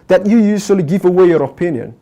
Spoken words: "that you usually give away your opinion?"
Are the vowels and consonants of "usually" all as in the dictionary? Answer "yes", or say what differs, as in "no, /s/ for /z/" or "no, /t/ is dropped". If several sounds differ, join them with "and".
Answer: no, /s/ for /ʒ/